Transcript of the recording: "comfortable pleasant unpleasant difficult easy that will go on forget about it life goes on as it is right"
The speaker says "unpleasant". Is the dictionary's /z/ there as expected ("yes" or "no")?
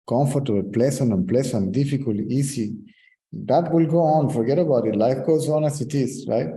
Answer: no